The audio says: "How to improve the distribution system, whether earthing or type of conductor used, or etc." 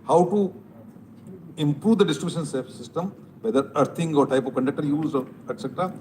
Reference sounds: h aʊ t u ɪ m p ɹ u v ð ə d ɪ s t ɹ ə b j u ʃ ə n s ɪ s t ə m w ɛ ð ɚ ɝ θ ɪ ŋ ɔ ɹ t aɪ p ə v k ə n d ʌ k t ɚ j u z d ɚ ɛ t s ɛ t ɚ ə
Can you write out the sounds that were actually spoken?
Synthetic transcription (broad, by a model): h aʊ t u ɪ m p ɹ u v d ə d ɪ s t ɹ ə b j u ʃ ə n s ɪ s t ə m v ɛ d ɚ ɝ t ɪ ŋ ɔ ɹ t aɪ p ə v k ə n d ʌ k t ɚ j u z ɔ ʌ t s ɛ t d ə